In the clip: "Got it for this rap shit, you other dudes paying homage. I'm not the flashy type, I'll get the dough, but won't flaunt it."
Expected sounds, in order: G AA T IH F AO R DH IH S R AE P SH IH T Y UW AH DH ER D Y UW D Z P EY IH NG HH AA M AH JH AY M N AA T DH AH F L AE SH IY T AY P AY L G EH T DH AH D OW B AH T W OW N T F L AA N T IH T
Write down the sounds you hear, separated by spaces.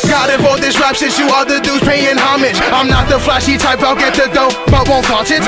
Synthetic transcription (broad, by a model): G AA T IH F AO L DH IH S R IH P S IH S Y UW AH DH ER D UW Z P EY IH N HH AA M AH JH AY M N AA T DH AH F L AE SH IY T AY P AY L G EH T DH AH D OW B AH T W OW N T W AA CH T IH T